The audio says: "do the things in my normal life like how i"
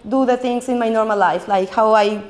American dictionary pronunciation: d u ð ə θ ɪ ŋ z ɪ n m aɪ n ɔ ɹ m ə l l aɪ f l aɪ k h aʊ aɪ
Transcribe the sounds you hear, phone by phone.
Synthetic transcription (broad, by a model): d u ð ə t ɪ ŋ s ɪ n m aɪ n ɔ ɹ m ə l l aɪ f l aɪ k h aʊ aɪ